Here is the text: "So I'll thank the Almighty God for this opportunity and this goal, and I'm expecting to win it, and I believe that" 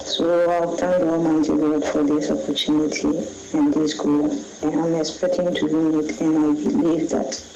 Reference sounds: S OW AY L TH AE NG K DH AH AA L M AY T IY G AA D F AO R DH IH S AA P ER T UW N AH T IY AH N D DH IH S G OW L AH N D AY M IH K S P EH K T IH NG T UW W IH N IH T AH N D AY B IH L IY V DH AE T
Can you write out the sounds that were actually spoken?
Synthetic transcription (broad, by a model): S OW AY L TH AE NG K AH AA M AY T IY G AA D F AO R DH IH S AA P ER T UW N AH T IY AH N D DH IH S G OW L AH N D AY M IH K S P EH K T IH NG T UW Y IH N IH T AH N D AY B IH L IY V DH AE T